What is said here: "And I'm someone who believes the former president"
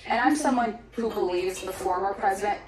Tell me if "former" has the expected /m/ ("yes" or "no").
yes